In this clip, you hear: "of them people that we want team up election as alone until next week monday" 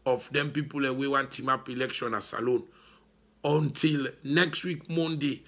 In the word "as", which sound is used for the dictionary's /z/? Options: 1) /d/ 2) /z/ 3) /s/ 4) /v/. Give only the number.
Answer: 3